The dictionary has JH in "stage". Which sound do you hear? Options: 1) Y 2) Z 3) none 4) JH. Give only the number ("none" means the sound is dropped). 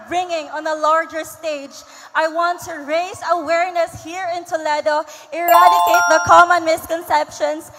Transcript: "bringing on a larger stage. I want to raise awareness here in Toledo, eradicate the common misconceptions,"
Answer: 4